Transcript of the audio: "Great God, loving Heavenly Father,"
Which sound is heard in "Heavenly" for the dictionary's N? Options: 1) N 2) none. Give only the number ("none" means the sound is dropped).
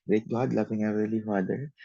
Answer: 2